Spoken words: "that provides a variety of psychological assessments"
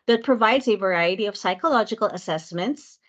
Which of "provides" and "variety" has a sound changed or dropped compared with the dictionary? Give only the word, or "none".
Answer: none